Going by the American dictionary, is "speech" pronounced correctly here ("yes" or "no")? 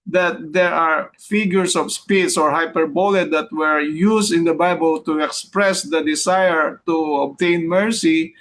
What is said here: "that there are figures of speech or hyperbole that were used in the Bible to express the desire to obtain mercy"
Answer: no